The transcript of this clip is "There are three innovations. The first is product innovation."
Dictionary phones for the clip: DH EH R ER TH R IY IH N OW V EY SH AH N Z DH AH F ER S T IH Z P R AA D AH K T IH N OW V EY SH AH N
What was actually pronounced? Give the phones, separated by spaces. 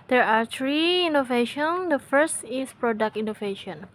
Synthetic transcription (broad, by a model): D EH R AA T R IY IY N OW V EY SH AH N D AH F ER S T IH S P R AA D AH K T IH N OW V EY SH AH N